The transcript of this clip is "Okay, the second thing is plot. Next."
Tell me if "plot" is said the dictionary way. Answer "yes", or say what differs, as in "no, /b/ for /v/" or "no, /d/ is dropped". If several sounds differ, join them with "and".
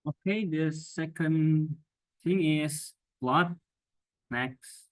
no, /b/ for /p/